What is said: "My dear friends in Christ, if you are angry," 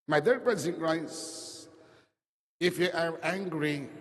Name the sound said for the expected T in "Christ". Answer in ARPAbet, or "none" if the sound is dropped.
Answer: none